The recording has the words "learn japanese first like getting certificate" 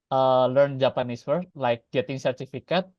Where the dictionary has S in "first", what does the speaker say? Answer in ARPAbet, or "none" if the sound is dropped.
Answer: none